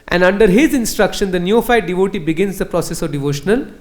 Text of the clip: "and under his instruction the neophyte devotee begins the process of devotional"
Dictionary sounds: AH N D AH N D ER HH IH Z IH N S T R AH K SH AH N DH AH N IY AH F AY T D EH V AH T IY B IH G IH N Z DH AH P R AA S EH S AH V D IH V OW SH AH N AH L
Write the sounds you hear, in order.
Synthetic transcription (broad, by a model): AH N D AH N D ER HH IH Z IH N S T R AH K SH AH N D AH N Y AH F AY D D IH V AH T IY B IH G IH N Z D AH P R AA S EH S AH V D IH V OW SH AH N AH L